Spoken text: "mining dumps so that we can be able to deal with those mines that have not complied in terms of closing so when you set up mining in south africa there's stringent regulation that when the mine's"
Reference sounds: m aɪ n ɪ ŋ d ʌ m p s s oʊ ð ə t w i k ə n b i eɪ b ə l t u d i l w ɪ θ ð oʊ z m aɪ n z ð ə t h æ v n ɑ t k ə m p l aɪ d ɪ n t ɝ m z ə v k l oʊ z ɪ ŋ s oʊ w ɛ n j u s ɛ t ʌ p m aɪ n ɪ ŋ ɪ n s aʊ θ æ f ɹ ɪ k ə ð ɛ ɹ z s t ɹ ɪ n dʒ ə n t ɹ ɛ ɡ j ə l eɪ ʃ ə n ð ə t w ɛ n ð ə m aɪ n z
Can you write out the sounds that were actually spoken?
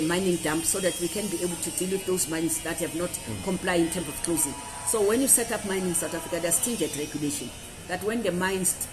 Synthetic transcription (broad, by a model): m aɪ n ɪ ŋ d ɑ m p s s oʊ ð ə t w i k ə n b i eɪ b ə l t u d i l w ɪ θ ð oʊ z m aɪ n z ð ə t h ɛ v n ɑ t k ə m p l aɪ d ɪ n t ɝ m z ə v k l oʊ z ɪ ŋ s oʊ w ɛ n j u s ɛ t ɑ p m aɪ n ɪ ŋ s aʊ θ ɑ f ɹ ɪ k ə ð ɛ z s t ɪ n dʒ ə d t ɹ ɛ ɡ j ə l eɪ ʃ ə n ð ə t w ɛ n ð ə m aɪ n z